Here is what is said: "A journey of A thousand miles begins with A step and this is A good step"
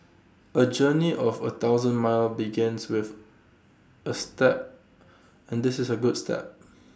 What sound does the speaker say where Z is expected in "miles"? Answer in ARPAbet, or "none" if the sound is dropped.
none